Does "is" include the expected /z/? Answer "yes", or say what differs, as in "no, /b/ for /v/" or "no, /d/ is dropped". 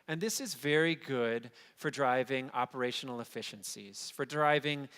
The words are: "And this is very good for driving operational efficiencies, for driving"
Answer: yes